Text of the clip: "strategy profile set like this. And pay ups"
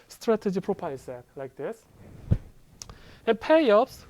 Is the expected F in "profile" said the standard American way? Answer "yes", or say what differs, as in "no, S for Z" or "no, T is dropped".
no, P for F